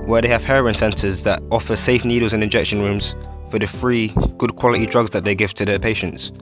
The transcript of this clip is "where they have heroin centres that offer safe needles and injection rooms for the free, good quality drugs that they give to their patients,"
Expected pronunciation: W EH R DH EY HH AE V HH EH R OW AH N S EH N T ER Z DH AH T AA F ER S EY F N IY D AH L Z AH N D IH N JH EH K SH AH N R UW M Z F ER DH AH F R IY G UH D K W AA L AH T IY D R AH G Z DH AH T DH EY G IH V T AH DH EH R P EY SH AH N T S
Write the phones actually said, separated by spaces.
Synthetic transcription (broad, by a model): W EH DH EY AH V HH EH R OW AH N S EH N T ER Z DH AH T AA F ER S EY F N IY D AH L Z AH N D IH N JH EH K SH AH N R UW M Z F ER DH AH F R IY G UH D K W AA L AH T IY D R AH G Z DH AH T DH EY G IH V T AH DH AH P EY SH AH N T S